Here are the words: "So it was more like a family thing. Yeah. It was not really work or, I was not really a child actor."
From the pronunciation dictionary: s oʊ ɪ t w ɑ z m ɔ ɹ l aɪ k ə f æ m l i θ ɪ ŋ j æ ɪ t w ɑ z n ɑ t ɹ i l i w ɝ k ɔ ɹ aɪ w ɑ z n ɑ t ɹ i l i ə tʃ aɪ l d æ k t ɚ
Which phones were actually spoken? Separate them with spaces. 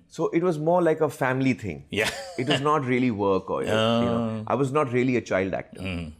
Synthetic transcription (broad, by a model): s oʊ ɪ t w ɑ z m ɔ ɹ l aɪ k ə f æ m l i t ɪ ŋ j æ ɪ t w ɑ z n ɑ t ɹ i l i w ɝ k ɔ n aɪ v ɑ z n ɑ t ɹ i l i ə tʃ aɪ l d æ k t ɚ